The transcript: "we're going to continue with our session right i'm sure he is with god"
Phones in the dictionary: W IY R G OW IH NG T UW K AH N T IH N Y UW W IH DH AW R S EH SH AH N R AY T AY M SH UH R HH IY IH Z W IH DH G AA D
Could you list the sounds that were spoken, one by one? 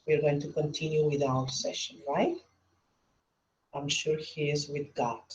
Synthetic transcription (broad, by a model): W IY R G OW IH NG T UW K AH N T IH N Y UW W IH DH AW L S EH SH AH N R AY T AY M SH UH R HH IY IH Z W IH DH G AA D